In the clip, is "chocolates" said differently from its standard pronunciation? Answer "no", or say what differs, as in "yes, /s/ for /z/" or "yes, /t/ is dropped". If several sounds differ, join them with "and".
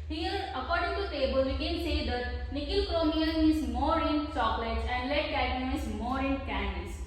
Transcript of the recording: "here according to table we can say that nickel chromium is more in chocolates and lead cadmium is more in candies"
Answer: yes, /s/ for /tʃ/